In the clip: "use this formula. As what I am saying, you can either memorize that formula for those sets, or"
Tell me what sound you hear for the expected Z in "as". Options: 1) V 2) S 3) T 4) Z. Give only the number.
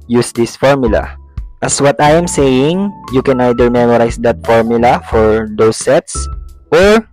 2